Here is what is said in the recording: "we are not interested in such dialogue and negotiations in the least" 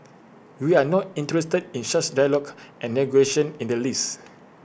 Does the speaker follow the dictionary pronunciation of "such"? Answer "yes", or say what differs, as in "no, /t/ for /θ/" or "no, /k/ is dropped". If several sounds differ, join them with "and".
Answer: no, /ʃ/ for /s/ and /s/ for /tʃ/